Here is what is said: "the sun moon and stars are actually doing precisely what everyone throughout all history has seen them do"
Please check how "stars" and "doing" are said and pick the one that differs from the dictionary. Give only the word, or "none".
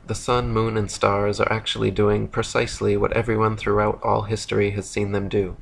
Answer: none